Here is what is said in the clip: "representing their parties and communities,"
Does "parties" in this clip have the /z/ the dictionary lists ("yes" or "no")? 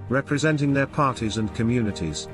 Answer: yes